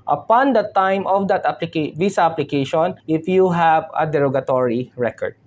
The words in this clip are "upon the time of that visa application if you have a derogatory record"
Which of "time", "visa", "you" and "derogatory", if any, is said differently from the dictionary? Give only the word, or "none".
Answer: visa